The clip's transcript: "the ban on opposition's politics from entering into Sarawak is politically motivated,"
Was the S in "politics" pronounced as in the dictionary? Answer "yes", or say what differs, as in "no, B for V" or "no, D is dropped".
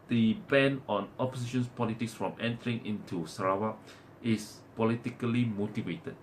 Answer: yes